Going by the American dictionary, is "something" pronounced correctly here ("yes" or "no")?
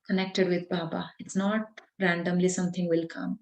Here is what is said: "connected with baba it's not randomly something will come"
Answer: no